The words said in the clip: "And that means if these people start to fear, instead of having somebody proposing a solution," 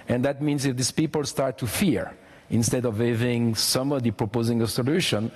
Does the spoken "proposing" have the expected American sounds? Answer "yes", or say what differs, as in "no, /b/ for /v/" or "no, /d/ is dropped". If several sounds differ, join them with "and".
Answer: yes